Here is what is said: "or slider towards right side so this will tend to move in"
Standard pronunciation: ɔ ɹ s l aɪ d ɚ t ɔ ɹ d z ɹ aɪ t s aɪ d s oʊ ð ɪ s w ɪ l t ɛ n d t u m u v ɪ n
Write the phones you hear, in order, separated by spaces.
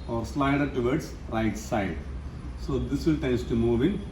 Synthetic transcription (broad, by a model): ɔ ɹ s l aɪ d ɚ t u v d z ɹ aɪ t s aɪ d s oʊ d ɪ s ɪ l t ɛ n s t u m u v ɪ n